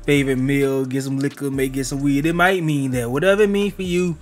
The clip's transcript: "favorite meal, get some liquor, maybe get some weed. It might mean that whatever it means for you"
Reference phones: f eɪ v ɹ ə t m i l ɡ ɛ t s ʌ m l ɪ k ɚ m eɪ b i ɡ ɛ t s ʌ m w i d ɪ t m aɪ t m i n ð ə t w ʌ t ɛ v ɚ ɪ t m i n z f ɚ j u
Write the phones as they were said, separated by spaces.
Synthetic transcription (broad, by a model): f eɪ v ɹ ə t m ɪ l ɡ ɛ t s ʌ m l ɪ k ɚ m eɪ i ɡ ɛ t s ʌ m w i d ɪ t m aɪ t m i n ð ə t w ʌ t ɛ v ɚ ɪ t m i n f ɚ j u